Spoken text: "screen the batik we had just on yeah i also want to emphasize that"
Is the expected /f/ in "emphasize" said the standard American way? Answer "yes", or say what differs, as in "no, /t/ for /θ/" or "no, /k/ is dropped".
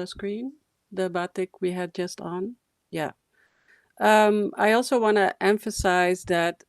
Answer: yes